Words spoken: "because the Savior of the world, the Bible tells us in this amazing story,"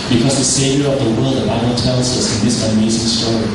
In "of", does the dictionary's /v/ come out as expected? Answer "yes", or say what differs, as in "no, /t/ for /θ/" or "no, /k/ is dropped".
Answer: yes